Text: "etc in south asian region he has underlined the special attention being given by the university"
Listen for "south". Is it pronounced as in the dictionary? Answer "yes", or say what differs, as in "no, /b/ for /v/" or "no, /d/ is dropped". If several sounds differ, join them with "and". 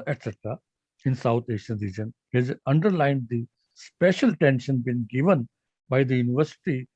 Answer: no, /t/ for /θ/